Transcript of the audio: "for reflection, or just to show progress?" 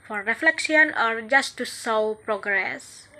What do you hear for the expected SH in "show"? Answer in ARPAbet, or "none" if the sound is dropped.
S